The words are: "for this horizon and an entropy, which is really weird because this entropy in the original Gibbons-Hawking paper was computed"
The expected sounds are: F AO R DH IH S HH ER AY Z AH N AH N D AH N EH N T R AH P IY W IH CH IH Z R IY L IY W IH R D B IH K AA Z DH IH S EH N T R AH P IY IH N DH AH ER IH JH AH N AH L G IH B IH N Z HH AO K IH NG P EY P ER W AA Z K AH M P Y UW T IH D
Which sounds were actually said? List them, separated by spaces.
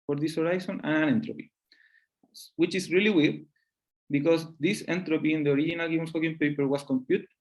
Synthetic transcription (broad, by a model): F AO R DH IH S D AY S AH N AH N AH N EH N T R AH P IY W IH CH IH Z R IY L IY W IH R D B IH K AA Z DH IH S EH N T R AH P IY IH N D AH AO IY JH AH N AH L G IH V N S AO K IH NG P EY P ER W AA S K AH M P Y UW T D